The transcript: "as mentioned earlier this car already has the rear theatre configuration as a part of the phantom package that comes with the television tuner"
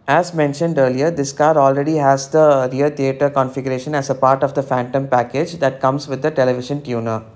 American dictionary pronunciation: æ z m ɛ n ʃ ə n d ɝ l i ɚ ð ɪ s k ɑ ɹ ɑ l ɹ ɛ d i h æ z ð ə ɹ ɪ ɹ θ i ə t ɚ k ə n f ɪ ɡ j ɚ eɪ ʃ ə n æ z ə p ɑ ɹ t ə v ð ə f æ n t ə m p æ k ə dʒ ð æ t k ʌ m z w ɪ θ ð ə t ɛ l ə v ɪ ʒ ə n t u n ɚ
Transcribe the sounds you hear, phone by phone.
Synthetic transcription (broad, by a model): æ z m ɛ n ʃ ə n d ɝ l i ɚ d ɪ s k ɑ ɹ ɑ l ɹ ɛ d i h æ z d ə ɹ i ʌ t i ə t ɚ k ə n f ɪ ɡ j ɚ eɪ ʃ ə n æ z ə p ɑ ɹ t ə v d ə f æ n t ə m p æ k ə dʒ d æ t k ʌ m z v ɪ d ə t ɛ l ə v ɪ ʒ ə n t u n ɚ